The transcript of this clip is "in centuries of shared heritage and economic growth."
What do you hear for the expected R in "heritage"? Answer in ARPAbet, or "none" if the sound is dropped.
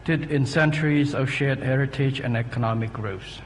R